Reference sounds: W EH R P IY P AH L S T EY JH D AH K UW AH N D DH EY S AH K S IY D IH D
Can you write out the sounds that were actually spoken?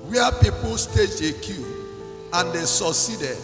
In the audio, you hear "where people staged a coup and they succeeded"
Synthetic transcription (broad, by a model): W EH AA P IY P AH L S T EY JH AH K UW AH N D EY S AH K S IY D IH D